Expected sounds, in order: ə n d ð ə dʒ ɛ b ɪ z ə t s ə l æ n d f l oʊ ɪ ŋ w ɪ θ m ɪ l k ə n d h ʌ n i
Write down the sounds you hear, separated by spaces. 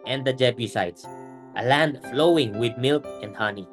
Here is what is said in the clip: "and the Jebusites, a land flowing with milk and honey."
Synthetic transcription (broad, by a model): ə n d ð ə dʒ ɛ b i s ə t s ə l æ n d f l oʊ ɪ ŋ w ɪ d m ɪ l k ə n d h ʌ n i